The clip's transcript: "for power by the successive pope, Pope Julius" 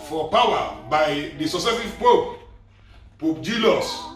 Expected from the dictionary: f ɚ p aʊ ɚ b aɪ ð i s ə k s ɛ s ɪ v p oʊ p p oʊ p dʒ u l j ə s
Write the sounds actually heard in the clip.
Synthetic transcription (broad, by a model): f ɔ p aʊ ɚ b aɪ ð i s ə s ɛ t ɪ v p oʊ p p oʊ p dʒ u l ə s